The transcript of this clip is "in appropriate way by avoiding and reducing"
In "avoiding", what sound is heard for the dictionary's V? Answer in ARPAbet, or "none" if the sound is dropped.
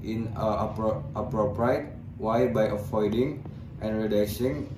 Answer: F